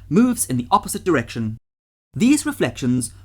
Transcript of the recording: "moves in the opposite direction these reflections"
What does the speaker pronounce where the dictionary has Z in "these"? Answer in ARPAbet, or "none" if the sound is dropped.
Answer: Z